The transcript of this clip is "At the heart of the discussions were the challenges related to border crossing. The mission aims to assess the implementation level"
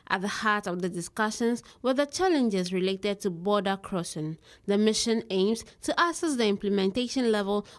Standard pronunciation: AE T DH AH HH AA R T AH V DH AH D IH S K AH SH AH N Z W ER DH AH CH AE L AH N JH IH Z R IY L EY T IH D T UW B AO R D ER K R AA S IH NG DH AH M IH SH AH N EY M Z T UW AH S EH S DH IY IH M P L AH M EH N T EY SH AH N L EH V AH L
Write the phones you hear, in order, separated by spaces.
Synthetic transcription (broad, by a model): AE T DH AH HH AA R T AH V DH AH D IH S K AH SH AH N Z W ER DH AH CH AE L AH N JH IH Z R IY L EY T IH D T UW B AO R D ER K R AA SH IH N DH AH M IH SH AH N EY M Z T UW AH S EH S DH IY IH M P L AH M EH N T EY SH AH N L EH V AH L